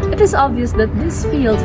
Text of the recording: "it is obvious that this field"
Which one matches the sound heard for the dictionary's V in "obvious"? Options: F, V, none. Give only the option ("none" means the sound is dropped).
V